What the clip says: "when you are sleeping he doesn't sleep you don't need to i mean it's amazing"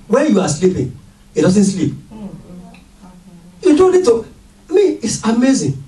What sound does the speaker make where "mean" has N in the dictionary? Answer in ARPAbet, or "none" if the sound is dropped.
none